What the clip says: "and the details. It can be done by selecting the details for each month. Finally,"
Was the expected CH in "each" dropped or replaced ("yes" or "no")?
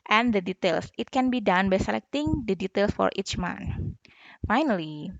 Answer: no